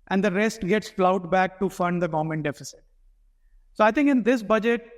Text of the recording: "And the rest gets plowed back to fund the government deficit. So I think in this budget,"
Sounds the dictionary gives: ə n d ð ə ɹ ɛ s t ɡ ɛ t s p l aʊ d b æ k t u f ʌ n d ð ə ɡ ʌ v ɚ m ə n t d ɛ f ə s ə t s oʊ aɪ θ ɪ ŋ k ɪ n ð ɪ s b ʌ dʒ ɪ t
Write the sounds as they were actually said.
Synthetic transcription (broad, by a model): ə n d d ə ɹ ɛ s t ɡ ɛ t s f l aʊ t b æ k t u f ʌ n d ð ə ɡ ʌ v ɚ m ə n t d ɛ f ə s ə t s oʊ aɪ t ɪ ŋ k ɪ n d ɪ s b ʌ dʒ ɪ t